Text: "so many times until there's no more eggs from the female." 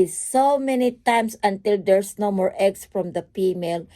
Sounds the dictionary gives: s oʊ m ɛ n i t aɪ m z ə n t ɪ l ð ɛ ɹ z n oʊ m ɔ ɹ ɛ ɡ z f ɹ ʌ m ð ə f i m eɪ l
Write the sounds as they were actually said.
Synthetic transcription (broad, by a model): s oʊ m ɛ n i t aɪ m s ə n t ɪ l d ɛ ɹ s n oʊ m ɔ ɹ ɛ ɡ s f ɹ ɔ m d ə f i m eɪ l